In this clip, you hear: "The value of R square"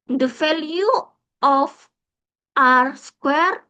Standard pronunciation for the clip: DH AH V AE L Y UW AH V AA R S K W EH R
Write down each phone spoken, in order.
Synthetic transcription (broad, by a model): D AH F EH L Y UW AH F AA R S K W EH R